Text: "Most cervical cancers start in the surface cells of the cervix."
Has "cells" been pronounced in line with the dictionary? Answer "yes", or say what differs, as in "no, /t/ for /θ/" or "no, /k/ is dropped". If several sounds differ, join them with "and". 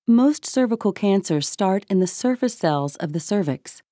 yes